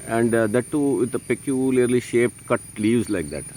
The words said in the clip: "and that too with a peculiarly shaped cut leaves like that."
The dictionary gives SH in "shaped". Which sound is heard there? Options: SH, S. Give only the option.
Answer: SH